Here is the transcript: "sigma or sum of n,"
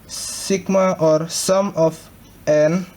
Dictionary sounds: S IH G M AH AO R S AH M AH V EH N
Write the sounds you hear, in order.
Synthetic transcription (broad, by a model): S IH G M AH AO R S AH M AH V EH N